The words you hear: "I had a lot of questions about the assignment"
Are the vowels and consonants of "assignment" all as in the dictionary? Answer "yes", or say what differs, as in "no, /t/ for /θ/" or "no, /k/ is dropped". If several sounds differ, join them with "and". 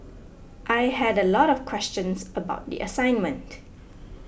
yes